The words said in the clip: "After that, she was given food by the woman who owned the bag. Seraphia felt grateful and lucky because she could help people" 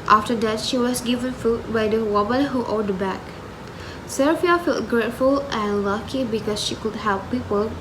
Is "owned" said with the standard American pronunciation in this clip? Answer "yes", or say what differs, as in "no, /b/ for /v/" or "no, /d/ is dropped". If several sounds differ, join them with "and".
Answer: no, /n/ is dropped